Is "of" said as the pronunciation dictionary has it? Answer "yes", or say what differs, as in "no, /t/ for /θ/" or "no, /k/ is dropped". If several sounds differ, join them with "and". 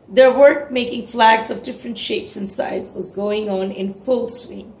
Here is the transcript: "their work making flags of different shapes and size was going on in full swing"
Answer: yes